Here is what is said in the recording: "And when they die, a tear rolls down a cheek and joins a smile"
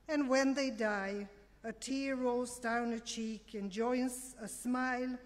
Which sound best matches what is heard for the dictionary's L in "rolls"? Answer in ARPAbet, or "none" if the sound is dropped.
none